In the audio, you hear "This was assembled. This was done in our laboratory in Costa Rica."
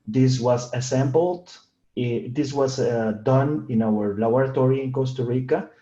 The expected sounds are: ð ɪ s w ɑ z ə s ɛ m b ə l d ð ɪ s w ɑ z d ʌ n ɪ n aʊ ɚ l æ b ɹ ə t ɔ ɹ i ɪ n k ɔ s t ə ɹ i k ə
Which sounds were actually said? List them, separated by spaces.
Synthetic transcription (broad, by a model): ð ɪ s w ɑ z ə s ɛ m b ə l d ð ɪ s w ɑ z d ʌ n ɪ n aʊ ɚ l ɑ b ɹ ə t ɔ ɹ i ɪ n k ɔ s t ə ɹ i k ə